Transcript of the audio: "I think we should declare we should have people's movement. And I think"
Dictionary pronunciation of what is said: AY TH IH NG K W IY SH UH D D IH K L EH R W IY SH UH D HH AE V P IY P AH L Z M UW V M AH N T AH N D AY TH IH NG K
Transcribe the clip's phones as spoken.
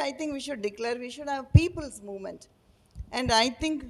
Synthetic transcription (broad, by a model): AY T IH NG K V IY SH UH D D IH K L EH R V IY SH UH D HH AE V P IY P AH L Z M UW V M AH N T AH N D AY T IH NG K